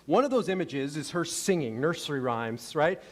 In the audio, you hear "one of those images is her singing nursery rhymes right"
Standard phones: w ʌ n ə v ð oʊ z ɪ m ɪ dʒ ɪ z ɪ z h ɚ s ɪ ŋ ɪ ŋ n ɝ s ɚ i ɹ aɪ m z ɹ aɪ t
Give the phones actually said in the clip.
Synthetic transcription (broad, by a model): w ʌ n ə v ð oʊ z ɪ m ɪ dʒ ɪ z ɪ z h ɚ s ɪ ŋ ɪ ŋ n ɝ s ɚ i ɹ aɪ m z ɹ aɪ t